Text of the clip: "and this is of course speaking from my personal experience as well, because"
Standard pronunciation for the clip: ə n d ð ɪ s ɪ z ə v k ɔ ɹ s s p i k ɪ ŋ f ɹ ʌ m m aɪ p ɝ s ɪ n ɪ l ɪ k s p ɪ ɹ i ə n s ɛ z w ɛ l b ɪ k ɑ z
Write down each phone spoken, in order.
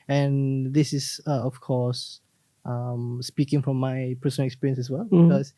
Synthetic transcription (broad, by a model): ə n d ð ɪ s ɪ s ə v k ɔ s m s p i k ɪ ŋ f ɹ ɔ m m aɪ p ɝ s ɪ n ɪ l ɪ k s p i ɹ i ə n s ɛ s w ɛ l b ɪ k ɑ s